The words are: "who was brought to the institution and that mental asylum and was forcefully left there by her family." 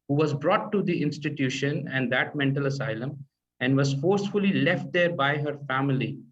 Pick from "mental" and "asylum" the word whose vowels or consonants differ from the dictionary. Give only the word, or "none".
none